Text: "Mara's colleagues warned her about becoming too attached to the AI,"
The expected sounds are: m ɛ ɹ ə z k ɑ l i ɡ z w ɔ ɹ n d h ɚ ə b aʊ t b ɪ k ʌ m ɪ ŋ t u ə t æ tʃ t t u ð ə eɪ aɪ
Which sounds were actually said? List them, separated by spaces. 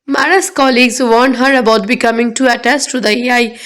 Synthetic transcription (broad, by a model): m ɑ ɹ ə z k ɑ l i ɡ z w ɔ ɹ n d h ɚ ə b aʊ t b ɪ k ʌ m ɪ ŋ t u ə t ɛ s t t u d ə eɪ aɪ